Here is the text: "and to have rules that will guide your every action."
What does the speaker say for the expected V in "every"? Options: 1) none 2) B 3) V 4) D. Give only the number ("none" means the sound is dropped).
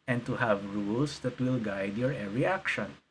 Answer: 1